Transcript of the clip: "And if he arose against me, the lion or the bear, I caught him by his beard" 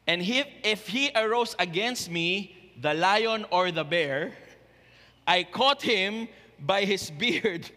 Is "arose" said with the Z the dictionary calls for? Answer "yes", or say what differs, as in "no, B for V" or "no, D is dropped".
no, S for Z